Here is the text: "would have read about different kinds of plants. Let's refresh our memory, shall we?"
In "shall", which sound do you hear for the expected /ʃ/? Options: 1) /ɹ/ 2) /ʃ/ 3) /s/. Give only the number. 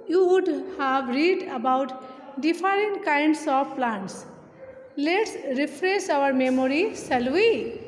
3